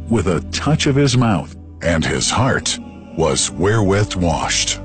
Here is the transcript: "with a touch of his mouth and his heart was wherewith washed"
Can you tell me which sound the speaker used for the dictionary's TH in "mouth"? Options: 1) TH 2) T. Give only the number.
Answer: 1